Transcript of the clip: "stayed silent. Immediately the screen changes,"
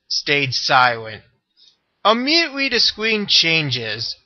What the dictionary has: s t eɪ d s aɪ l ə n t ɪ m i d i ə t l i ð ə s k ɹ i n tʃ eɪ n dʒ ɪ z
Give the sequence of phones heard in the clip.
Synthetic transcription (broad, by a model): s t eɪ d s aɪ l ə n t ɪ m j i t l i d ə s k w i n tʃ eɪ n dʒ ɪ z